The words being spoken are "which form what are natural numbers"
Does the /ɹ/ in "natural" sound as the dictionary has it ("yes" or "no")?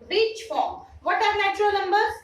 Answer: yes